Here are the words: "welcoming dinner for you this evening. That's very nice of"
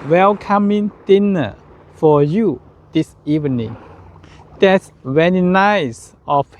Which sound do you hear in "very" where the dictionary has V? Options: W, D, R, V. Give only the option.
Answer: W